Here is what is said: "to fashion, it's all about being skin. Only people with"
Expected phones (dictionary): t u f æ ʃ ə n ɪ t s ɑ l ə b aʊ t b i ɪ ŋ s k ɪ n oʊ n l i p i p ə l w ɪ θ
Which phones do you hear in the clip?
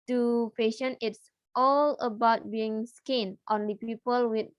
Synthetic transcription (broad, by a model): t u p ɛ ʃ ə n ɪ t s ɑ l ə b aʊ t b i ɪ ŋ s k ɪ n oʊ n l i p i p ə l w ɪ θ